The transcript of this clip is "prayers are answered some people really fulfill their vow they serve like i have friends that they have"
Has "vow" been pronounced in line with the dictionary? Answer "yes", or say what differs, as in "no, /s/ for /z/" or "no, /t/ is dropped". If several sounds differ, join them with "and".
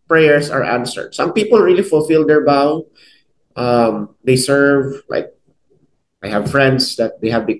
no, /b/ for /v/